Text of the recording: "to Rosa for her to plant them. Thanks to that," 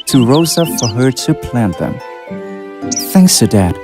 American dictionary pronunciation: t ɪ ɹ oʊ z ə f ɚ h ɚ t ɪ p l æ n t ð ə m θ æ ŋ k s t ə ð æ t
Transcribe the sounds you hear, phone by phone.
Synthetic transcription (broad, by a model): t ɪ ɹ oʊ z ə f ɚ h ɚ t ɪ p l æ n ð ə m θ æ ŋ k s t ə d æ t